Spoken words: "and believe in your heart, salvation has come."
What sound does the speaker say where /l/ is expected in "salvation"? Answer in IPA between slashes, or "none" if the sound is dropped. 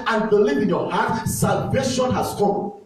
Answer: /l/